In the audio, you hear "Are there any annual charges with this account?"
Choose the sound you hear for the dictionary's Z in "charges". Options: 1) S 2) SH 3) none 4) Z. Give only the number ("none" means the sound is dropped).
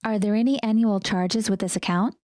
4